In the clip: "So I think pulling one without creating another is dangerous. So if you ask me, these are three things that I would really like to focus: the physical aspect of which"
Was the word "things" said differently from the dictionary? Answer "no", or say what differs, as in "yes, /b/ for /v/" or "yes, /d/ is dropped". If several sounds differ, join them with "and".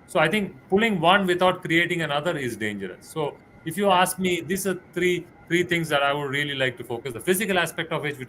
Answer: yes, /t/ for /θ/